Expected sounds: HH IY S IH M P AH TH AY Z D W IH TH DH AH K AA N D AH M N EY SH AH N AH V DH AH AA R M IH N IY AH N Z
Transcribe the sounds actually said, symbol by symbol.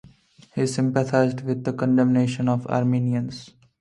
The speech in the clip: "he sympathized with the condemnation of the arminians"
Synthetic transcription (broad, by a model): HH IY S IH M P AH T AY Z D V IH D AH K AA N D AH M N EY SH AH N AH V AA R M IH N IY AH N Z